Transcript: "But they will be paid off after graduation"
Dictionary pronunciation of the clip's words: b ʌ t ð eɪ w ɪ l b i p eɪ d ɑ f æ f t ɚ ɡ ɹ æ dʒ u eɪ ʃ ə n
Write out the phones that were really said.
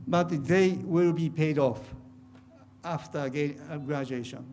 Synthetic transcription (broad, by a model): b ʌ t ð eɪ w ɪ l b i p eɪ d ɑ f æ f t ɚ ɡ ɹ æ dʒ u eɪ ʃ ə n